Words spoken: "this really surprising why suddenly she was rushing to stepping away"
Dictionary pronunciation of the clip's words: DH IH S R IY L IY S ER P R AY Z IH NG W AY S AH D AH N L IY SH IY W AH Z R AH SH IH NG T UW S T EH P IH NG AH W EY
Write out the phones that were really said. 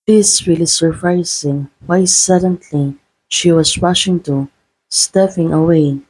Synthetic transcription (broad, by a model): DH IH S R IY L IY S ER P R AY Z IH NG W AY S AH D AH N L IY SH IY W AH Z R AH SH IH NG T UW S T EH F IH NG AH W EY